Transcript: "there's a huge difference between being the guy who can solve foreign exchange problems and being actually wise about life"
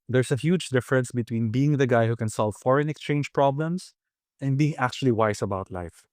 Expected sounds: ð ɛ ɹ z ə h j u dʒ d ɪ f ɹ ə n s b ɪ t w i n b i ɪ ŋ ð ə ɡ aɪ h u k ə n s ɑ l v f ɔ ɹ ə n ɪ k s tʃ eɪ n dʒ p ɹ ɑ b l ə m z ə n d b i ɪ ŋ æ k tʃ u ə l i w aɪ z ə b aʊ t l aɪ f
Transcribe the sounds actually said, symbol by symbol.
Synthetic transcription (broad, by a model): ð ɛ ɹ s ə h j u dʒ d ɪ f ɹ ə n s b ɪ t w i n b i ɪ ŋ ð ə ɡ aɪ h u k ə n s ɑ l v f ɔ ɹ ə n ɪ k s tʃ eɪ n dʒ p ɹ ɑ b l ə m s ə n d b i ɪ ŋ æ k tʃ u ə l i w aɪ s ə b aʊ t l aɪ f